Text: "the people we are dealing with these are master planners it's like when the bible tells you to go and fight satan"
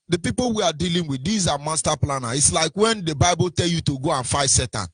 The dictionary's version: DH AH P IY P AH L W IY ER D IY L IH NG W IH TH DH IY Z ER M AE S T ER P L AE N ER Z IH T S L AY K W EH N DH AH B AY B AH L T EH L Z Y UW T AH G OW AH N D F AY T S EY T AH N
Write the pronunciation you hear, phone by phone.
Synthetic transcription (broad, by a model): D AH P IY P AH L W IY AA D IY L IH NG W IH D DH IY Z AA M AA S T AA P L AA N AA IH T S L AY K W EH N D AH B AY B AH L T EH L Y UW T AH G OW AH N F AY T S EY T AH N